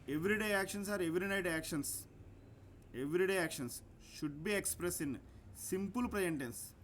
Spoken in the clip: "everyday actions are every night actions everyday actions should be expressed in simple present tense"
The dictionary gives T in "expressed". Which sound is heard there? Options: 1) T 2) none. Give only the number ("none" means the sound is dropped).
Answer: 2